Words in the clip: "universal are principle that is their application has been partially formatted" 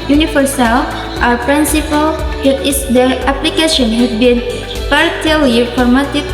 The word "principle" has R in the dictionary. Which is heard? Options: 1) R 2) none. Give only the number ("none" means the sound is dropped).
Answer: 1